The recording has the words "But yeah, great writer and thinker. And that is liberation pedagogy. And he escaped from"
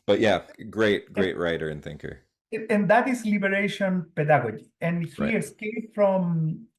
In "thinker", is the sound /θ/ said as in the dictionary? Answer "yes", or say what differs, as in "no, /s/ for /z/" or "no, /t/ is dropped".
yes